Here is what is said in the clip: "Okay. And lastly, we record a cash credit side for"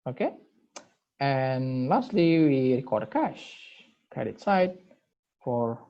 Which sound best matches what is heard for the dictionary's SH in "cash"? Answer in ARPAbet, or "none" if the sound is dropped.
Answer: SH